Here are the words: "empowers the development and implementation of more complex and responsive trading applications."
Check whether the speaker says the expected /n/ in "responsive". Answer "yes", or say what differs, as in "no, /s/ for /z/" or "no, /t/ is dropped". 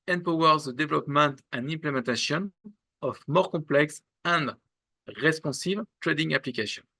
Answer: no, /n/ is dropped